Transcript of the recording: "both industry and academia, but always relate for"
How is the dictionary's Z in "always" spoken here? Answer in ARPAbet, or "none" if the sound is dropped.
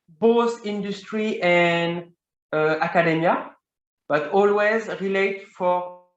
Z